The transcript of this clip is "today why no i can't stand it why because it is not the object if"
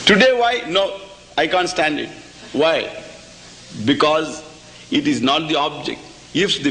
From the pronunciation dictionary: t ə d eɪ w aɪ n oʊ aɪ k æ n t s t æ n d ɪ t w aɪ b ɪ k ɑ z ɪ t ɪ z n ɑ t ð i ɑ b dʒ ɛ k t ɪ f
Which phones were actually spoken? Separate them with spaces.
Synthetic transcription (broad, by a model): t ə d eɪ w aɪ n oʊ aɪ k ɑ n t s t æ n d ɪ t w aɪ b ɪ k ɑ z ɪ t ɪ z n ɑ t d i ɑ b dʒ ɛ k t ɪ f